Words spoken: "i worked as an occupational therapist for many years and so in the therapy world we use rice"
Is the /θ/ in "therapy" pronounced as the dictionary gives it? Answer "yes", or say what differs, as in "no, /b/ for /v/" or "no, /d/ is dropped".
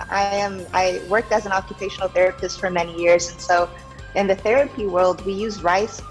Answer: yes